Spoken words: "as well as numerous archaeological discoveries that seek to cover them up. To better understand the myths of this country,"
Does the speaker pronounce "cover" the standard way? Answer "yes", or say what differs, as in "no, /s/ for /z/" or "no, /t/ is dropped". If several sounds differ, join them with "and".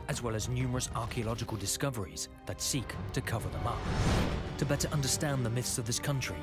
yes